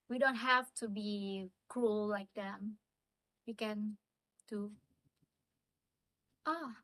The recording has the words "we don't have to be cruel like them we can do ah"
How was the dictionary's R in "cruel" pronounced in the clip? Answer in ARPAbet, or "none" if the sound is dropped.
R